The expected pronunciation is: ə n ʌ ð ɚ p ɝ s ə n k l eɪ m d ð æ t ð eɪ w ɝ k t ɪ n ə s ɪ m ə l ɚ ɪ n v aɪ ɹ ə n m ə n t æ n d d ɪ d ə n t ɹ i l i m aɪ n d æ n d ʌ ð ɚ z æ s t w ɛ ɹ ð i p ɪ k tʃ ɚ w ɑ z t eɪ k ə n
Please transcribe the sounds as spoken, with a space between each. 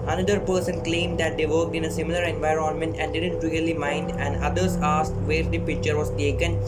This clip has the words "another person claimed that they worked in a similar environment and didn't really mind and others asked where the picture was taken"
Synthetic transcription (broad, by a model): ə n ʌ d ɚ p ɝ s ə n k l eɪ m d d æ t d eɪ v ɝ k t ɪ n ə s ɪ m ə l ɚ ɪ n v aɪ ɹ ə n m ə n t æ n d d ɪ d ə n t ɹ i l i m aɪ n d æ n d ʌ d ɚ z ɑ s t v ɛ ɹ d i p ɪ k tʃ ɚ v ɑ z t eɪ k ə n